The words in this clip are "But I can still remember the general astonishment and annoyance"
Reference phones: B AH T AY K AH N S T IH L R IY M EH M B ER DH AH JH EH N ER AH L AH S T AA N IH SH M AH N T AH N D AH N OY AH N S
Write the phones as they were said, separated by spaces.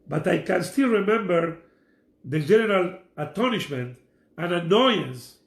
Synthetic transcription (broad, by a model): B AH T AY K AH N S T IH L R IY M EH M B ER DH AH JH EH N ER AH L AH T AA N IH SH M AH N T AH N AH N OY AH N S